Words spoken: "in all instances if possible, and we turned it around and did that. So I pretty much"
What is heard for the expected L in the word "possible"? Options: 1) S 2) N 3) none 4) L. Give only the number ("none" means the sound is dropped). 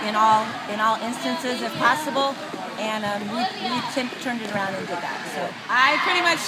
2